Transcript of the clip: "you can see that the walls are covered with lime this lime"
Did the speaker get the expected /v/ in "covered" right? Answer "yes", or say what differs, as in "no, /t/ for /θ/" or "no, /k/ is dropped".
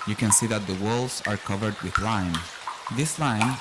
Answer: yes